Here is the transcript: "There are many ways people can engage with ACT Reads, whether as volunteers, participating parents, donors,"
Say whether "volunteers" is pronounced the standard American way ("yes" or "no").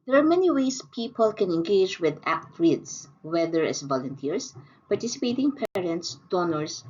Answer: no